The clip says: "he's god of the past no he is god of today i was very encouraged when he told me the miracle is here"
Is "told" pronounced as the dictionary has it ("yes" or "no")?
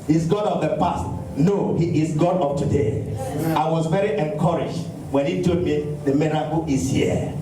no